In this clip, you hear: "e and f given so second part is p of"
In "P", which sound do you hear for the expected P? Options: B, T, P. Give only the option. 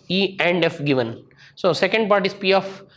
P